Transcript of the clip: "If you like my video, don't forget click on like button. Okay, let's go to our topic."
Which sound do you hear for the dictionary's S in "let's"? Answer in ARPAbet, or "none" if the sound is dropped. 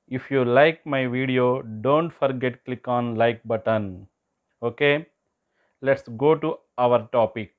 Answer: S